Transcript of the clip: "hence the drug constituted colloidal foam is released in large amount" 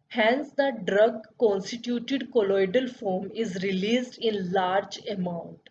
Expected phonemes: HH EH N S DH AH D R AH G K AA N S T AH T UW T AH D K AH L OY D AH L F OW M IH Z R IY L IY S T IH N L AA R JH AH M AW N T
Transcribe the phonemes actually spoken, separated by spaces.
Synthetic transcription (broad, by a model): HH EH N S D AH D R AH G K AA N S T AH T UW T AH D K AH L OY D AH L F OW M IH Z R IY L IY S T IH N L AA R JH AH M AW N T